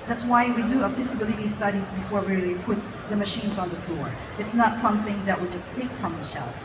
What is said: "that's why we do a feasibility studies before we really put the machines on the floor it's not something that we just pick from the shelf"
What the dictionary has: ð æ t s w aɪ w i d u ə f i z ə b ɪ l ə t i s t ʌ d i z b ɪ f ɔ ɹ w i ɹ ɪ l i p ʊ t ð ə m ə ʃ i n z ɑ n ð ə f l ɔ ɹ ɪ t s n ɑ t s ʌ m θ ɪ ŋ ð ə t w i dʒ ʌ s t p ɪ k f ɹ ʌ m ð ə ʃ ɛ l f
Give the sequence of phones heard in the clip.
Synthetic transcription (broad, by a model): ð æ t s w aɪ w i d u ə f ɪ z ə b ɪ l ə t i s t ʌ d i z b ɪ f ɔ ɹ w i ɹ ɪ l i p ʊ t ð ə m ə ʃ i n z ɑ n ð ə f l ɔ ɹ ɪ t s n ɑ t s ʌ m θ ɪ ŋ ð ə t w i dʒ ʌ s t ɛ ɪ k f ɹ ʌ m ð ə ʃ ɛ l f